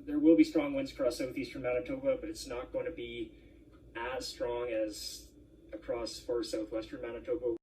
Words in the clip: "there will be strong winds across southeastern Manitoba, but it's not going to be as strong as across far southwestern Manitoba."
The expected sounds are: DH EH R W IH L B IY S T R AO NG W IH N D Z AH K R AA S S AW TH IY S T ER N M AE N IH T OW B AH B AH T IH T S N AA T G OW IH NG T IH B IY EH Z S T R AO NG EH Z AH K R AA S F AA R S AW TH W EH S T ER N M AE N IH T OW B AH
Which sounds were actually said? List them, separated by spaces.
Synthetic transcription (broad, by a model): DH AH R W IH L B IY S T R AO NG W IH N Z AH K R AA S S AW TH IY S T ER N M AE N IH T OW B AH B AH T IH T S N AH T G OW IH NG T IH B IY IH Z S T R AO NG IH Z AH K R AA S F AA R S AW TH W EH S T ER N M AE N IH T OW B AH